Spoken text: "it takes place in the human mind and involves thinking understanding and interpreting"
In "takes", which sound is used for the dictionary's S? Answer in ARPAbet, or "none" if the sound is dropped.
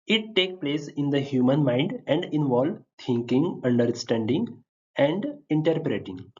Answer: none